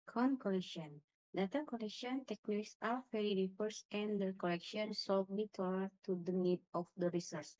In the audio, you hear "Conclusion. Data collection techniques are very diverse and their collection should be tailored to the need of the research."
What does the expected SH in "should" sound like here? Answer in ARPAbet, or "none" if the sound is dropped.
S